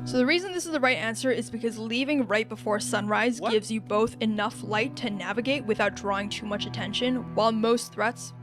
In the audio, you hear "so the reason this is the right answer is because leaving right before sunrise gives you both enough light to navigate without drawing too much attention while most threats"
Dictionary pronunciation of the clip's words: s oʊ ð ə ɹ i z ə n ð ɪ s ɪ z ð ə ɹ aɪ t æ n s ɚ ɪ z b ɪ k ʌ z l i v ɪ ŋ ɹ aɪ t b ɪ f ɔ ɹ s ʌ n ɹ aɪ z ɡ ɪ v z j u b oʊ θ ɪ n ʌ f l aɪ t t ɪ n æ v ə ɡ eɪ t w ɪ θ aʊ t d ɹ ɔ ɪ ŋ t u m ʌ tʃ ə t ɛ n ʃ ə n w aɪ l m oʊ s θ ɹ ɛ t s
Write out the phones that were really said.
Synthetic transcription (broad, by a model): s oʊ ð ə ɹ i z ə n ð ɪ s ɪ z ð ə ɹ aɪ t æ n s ɚ ɪ z b ɪ k ʌ z l i v ɪ ŋ ɹ aɪ t b ɪ f ɔ ɹ s ʌ n ɹ aɪ z ɡ ɪ v z j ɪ b oʊ θ ɪ n ʌ f l aɪ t t ɪ n æ v ə ɡ eɪ t w ɪ θ aʊ t d ɹ ɔ ɪ ŋ t u m ʌ tʃ ə t ɛ n ʃ ə n w aɪ l m oʊ s θ ɹ ɛ t s